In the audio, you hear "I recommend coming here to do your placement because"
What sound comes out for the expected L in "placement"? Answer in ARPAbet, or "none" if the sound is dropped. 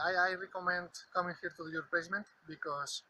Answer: none